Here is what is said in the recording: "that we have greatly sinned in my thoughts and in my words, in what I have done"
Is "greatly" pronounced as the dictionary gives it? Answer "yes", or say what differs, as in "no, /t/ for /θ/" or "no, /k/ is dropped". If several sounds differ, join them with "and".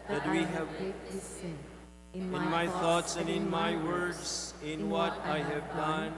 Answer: no, /w/ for /l/